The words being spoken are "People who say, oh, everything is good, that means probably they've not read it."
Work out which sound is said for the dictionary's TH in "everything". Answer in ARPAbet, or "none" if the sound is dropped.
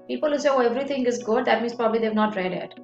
T